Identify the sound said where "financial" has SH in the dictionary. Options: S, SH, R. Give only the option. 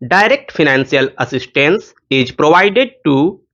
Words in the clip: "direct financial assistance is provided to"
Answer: S